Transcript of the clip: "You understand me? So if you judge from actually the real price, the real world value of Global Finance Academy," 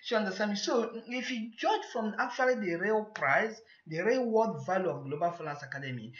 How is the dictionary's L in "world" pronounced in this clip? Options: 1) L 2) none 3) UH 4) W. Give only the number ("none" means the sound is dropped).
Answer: 2